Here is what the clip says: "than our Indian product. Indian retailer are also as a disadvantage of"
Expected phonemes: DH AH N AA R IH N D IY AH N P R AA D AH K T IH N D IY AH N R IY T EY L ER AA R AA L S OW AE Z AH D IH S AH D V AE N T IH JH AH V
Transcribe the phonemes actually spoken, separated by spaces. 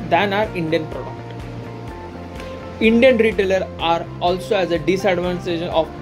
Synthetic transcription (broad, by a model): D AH N AA R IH N D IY AH N P R AA D AH K T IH N D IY AH N R IY T EY L ER AA R AA L S OW AE Z AH D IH S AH D V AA N S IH SH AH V